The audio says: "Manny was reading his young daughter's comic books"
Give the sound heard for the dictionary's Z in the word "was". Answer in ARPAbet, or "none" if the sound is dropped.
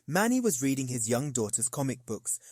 Z